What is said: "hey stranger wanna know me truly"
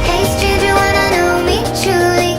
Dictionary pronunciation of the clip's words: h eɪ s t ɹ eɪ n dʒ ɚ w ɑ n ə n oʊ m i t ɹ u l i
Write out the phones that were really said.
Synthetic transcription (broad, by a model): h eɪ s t eɪ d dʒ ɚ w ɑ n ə n oʊ m i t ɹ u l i